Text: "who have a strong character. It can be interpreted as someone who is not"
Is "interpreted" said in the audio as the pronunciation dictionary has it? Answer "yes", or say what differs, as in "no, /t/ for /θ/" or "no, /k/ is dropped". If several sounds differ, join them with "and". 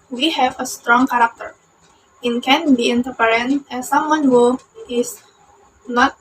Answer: no, /ɹ/ is dropped